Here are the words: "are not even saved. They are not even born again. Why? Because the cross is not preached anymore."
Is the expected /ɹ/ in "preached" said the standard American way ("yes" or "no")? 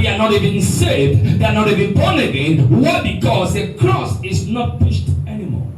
no